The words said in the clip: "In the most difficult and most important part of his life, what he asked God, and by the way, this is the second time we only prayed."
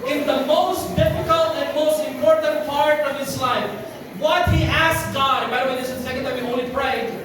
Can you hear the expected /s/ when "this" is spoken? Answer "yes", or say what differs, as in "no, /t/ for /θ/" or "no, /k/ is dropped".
no, /s/ is dropped